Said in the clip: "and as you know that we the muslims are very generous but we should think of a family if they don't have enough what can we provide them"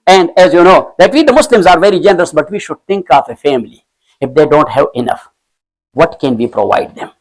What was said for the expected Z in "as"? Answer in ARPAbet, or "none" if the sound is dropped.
Z